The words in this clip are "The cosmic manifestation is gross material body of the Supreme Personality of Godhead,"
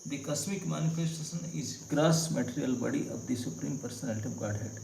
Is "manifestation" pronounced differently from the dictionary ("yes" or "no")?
yes